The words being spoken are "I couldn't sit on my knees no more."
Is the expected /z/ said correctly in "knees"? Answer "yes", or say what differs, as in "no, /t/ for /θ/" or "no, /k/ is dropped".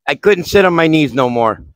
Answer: yes